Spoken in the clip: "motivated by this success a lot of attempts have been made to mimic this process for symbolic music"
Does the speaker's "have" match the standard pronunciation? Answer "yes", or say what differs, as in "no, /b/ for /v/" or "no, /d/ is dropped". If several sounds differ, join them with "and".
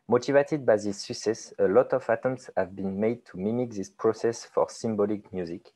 yes